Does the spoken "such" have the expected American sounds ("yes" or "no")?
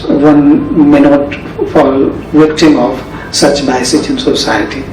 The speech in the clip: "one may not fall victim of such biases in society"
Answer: yes